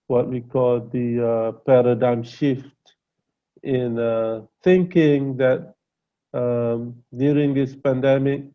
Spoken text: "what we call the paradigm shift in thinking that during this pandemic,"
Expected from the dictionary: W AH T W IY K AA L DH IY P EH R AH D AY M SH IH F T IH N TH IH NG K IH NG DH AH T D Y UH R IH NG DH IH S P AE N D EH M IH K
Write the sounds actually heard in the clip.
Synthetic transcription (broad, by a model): W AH T W IY K AA L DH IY P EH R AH D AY M SH IH F T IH N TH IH NG K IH NG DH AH T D Y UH R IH NG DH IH S P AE N D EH M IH K